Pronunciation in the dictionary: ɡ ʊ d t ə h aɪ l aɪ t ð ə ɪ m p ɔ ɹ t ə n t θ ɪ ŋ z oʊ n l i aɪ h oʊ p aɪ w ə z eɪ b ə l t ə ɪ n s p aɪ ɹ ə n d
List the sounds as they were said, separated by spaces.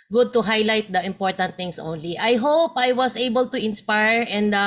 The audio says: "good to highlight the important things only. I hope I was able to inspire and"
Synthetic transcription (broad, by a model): ɡ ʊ d t ə h aɪ l aɪ t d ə ɪ m p ɔ ɹ t ə n t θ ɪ ŋ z oʊ n l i aɪ h oʊ p aɪ w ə s eɪ b ə l t ə ɪ n s p aɪ ɹ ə n d